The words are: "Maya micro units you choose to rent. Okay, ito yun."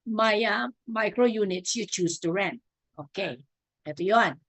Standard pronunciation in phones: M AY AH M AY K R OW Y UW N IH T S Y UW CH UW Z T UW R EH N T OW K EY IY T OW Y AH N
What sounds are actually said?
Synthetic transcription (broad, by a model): M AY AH M AY K R OW Y UW N IH T S Y UW CH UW S T UW R EH N T OW K EY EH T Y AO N